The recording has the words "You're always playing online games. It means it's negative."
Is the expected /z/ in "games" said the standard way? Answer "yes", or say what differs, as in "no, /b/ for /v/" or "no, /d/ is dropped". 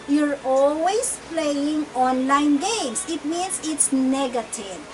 no, /s/ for /z/